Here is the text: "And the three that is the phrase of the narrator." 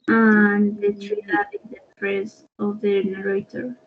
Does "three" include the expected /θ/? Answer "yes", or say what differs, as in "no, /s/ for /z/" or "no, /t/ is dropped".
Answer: no, /t/ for /θ/